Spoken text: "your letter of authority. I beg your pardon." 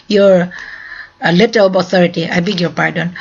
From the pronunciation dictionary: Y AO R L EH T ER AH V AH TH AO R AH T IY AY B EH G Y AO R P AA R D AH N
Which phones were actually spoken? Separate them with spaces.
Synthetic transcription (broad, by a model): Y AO R L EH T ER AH B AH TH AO R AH T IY AY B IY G Y AO R P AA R D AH N